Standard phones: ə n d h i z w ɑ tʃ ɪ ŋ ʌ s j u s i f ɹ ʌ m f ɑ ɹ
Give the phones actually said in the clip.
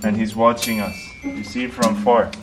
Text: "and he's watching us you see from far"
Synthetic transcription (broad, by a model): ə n h i z w ɑ tʃ ɪ ŋ ʌ s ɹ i s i f ɹ ʌ m f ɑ ɹ